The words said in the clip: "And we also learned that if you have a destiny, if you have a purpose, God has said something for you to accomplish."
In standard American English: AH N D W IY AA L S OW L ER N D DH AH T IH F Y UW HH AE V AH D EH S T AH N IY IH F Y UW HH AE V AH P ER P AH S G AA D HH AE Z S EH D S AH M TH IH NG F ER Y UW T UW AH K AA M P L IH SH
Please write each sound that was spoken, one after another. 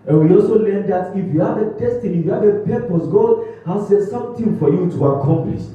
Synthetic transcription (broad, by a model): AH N W IY AA L S OW L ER N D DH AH T IH F Y UW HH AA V AH D EH S T AH N IY Y UW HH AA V AH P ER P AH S G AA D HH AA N S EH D S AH M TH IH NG F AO Y UW T UW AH K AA M P L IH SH